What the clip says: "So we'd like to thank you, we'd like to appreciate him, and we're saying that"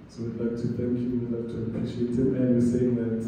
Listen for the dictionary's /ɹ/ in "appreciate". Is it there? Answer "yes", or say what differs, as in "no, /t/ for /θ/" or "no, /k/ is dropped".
no, /ɹ/ is dropped